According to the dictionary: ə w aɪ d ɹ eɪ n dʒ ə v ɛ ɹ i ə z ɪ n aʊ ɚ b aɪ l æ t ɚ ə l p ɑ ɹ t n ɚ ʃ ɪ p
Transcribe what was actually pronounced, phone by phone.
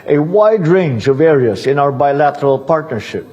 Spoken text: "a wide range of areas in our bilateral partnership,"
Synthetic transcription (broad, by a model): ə w aɪ d ɹ eɪ n dʒ ə v ɛ ɹ i ə z ɪ n aʊ ɚ b aɪ l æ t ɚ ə l p ɑ ɹ t n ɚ ʃ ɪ p